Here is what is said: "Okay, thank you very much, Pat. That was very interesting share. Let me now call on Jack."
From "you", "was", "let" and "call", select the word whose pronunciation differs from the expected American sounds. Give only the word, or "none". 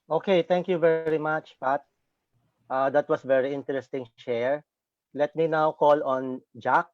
was